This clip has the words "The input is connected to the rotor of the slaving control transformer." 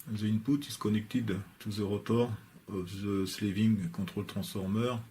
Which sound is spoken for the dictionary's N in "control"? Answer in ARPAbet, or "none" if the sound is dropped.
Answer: none